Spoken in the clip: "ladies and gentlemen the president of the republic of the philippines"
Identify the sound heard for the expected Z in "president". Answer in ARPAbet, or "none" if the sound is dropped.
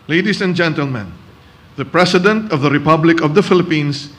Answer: S